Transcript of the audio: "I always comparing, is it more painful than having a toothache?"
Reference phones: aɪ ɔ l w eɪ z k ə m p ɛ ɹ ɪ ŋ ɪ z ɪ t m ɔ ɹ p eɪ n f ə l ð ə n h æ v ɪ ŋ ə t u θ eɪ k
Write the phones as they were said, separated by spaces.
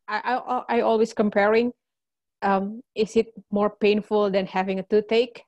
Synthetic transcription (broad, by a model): aɪ ɔ l w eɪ s k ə m p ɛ ɹ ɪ ŋ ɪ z ɪ t m ɔ ɹ p eɪ n f ə l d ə n h æ v ɪ ŋ ə t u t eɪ k